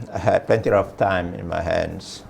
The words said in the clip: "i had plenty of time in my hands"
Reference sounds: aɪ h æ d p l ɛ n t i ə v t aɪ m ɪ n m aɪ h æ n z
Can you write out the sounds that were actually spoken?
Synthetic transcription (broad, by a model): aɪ h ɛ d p ɛ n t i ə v t aɪ m ɪ n m aɪ h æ n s